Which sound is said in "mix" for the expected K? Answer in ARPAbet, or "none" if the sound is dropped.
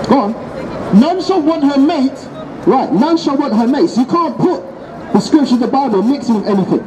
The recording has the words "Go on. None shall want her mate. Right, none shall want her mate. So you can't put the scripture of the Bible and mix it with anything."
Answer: K